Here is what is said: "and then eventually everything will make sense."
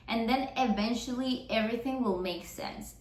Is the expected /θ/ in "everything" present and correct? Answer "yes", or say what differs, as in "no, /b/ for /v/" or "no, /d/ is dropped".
yes